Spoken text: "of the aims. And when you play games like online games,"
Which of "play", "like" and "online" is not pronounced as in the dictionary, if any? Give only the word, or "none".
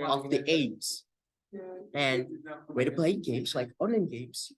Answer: online